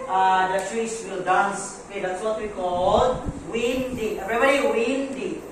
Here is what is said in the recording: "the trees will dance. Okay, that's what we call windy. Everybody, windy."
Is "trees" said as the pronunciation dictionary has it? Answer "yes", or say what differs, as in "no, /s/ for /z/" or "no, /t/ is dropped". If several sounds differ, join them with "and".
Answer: no, /s/ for /z/